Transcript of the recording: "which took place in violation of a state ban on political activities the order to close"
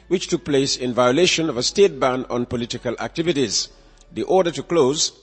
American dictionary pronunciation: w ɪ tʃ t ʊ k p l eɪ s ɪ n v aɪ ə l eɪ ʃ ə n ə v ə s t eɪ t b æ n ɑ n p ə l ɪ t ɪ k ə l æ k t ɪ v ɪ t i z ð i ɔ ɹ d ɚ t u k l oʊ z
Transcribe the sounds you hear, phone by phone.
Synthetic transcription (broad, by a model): w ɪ tʃ t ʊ k p l eɪ s ɪ n v aɪ ə l eɪ ʃ ə n ə v ə s t eɪ t b æ n ɑ n p ə l ɪ t ɪ k ə l æ k t ɪ v ɪ t i z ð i ɔ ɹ d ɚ t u k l oʊ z